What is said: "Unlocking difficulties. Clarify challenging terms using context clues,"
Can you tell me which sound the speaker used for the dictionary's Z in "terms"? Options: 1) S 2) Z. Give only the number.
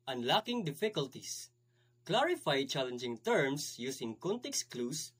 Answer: 1